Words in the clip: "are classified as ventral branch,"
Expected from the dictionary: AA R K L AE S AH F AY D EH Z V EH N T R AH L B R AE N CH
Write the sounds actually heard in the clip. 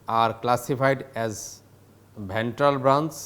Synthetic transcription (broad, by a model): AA R K L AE S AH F AY D EH Z B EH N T R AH L B R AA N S